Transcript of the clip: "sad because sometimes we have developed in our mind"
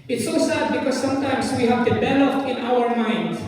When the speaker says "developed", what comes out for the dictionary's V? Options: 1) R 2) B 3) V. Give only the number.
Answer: 2